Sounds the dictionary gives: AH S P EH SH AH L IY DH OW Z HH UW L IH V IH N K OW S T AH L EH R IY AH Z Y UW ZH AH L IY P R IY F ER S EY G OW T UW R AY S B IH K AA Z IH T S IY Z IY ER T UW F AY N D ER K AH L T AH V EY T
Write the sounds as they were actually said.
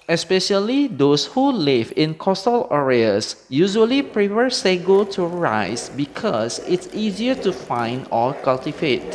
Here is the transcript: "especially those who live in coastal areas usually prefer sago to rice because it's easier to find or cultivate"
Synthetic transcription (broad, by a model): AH S P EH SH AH L IY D OW S HH UW L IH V IH N K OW S T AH L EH R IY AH S Y UW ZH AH L IY P R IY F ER S EY G OW T UW R AY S B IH K AA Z IH T S IY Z IY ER T UW F AY N D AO K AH L T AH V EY T